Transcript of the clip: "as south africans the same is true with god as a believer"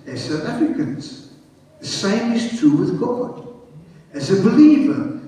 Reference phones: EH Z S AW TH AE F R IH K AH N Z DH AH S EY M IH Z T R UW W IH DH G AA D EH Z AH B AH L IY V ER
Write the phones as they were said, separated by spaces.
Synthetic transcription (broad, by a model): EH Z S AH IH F IH K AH N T DH AH S EY M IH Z T R UW W IH DH G AA D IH Z AH B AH L IY V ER